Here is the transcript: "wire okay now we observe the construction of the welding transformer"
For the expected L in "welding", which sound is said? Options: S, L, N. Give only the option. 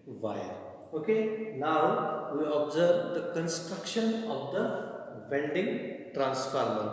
N